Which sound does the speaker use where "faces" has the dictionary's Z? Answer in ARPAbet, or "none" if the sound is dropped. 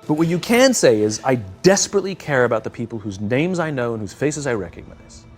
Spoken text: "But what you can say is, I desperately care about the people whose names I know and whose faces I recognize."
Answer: Z